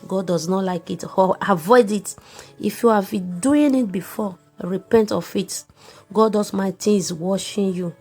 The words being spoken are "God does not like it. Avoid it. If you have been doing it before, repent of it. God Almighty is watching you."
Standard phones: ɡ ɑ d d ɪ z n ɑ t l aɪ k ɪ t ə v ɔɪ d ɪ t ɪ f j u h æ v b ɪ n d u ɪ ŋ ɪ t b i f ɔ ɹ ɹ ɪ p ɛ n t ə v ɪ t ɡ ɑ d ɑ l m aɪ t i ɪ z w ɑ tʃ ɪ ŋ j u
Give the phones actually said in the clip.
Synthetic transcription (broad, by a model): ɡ ɑ d d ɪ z n ɑ t l aɪ k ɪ t ə v ɔɪ d ɪ t ɪ f j u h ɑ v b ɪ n d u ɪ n ɪ t b i f ɔ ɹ ɹ ɪ p ɛ n t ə f ɪ t ɡ ɑ d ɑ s m aɪ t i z w ɑ ʃ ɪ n j u